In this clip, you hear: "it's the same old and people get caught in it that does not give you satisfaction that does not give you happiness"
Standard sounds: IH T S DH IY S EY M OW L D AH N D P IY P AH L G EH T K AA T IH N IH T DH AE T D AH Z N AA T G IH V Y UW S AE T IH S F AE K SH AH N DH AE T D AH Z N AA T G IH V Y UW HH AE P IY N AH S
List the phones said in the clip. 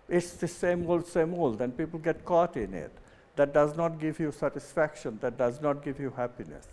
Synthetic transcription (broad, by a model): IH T S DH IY S EY M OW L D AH L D P IY P AH L G EH T K AA T IH N IH T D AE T D AH Z N AA T G IH V Y UW S AE T IH S F AE K SH AH N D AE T D AH Z N AA T G IH V Y UW HH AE P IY N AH S